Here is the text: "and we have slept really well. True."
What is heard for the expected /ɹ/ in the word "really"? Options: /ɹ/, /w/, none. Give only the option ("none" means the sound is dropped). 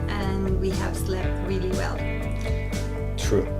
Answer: /ɹ/